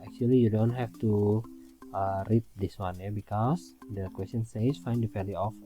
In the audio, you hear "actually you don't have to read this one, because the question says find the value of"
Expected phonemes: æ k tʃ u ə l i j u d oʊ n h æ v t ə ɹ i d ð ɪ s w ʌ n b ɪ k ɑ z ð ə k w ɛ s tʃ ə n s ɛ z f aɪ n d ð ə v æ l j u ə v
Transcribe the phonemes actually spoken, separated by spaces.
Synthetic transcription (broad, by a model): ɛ k tʃ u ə l i j u d oʊ n h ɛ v t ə ɹ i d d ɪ s w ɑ n b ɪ k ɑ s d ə k w ɛ s tʃ ə n s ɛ s f aɪ n d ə p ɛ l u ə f